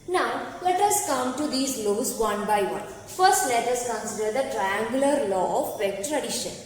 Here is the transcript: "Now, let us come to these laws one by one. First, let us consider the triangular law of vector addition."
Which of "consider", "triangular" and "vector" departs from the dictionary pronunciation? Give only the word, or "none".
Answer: vector